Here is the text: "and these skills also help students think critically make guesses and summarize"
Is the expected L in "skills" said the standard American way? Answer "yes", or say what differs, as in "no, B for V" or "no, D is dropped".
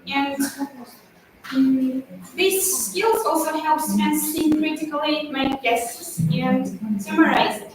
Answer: yes